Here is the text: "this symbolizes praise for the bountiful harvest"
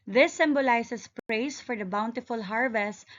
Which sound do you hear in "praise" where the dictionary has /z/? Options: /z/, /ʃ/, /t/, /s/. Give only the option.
/s/